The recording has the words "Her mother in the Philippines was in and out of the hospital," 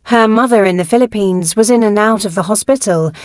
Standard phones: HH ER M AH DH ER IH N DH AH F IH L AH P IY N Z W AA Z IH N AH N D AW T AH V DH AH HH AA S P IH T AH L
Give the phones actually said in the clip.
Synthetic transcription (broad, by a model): HH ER M AH DH ER IH N DH AH F IH L AH P IY N Z W AA Z IH N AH N AW T AH V DH AH HH AA S P IH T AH L